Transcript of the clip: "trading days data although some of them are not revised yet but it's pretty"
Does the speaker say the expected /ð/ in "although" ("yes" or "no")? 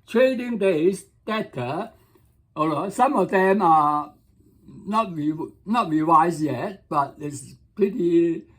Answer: no